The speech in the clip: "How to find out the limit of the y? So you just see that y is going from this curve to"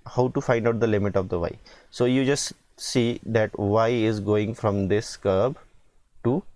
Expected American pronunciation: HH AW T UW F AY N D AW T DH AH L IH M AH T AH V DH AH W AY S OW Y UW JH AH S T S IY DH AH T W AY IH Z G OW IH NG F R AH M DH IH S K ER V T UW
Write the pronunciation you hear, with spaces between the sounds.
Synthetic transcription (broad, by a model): HH AW T UW F AY N D AW T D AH L IH M AH T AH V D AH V AY S OW Y UW JH AH S T S IY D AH T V AY IH Z G OW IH NG F R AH M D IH S K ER B T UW